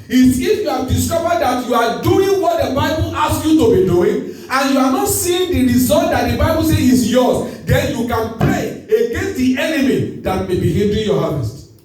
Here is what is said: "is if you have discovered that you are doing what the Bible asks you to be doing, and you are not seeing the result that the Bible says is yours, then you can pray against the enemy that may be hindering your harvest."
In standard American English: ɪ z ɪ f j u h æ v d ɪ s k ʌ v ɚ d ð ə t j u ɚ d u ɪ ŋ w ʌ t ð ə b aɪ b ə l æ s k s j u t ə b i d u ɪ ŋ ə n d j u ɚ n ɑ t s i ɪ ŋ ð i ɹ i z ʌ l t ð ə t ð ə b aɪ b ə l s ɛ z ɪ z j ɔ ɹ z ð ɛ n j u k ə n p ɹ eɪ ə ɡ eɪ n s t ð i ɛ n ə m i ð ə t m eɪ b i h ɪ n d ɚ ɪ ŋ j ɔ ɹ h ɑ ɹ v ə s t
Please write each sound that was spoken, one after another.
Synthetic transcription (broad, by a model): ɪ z ɪ f j u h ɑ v d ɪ s k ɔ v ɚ d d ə t j u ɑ d u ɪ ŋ w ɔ t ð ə b aɪ b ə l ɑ s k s j u t ə b i d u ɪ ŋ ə n j u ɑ n ɑ t s i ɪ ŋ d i ɹ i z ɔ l t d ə t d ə b aɪ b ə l s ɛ ɪ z j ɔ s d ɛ n j u k ə n p ɹ eɪ ə ɡ eɪ n s t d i ɛ n ə m i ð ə t m eɪ b i h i l d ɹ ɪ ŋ j ɔ h ɑ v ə s t